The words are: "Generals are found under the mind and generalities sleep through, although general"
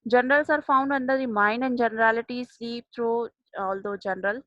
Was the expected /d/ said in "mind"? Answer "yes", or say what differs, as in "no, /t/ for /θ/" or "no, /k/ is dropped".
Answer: no, /d/ is dropped